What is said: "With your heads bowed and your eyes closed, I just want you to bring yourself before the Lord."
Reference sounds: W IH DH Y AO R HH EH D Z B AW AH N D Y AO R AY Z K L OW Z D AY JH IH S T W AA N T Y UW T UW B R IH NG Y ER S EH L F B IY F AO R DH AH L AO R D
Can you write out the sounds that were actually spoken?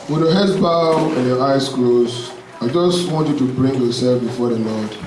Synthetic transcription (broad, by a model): W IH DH Y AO HH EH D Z B AW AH N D Y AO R AY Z K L OW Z AY JH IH S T W AA N T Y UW T UW B R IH NG Y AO S EH L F B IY F AO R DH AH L AO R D